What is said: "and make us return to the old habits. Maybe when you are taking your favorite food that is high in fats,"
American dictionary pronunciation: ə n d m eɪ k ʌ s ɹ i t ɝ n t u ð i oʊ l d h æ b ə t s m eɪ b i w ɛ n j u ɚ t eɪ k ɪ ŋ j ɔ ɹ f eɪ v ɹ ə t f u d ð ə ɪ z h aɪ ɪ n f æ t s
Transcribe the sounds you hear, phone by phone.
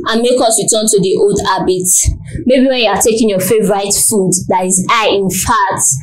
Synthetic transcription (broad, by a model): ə n m eɪ k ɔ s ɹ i t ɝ n t u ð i oʊ l d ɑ b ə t m eɪ b i w ɛ n j u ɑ t eɪ k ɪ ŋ j ɔ f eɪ v ɹ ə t f u d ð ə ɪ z aɪ ɪ n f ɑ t